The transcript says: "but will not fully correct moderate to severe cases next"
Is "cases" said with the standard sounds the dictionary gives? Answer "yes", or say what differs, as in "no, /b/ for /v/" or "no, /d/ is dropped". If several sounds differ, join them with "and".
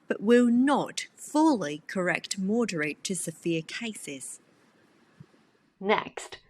yes